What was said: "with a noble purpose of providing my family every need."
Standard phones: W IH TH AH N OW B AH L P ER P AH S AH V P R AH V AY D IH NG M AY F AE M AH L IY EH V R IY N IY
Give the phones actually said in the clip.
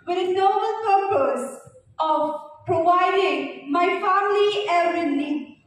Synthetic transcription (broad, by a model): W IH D AH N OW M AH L P ER P AH S AH V P R AH V AY D IH NG M AY F AE M AH L IY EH R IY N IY